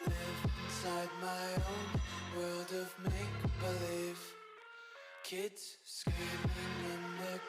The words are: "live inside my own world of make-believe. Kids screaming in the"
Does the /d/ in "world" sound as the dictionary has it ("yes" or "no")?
yes